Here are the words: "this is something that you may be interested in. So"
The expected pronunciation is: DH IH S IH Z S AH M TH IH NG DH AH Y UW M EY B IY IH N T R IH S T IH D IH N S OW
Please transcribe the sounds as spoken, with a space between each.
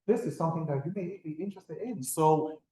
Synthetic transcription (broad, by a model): DH IH S IH Z S AH M TH IH NG DH AH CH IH M EY B IY IH N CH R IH S T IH D IH N S OW